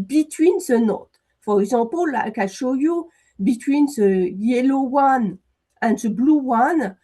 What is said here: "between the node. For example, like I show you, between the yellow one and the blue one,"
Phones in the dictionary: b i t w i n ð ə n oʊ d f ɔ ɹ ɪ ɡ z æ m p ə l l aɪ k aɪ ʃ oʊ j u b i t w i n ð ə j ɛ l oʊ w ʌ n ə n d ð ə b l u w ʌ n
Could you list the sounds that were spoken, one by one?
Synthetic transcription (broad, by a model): b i t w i n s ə n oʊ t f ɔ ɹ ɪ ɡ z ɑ p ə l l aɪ k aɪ ʃ oʊ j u b i t w i n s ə j ɛ l oʊ w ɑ n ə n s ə b l u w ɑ n